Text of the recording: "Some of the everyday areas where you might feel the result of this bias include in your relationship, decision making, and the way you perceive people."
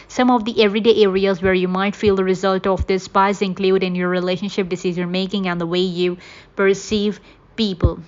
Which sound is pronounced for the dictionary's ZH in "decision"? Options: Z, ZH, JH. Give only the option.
Z